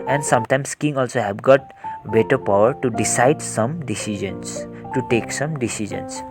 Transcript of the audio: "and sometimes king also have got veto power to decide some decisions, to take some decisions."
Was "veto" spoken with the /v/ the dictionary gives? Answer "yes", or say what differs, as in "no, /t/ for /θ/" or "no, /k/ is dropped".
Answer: no, /b/ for /v/